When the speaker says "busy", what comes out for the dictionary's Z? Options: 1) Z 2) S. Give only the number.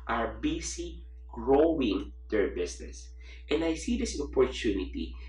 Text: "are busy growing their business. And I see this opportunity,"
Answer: 2